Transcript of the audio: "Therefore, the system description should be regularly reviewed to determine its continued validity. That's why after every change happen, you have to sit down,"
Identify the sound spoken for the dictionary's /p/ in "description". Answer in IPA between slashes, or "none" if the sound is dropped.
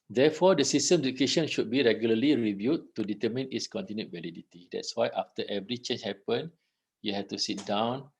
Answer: none